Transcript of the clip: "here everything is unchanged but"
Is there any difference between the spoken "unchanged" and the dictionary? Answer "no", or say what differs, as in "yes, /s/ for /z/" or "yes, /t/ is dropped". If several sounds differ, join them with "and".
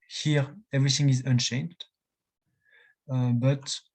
yes, /ʃ/ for /tʃ/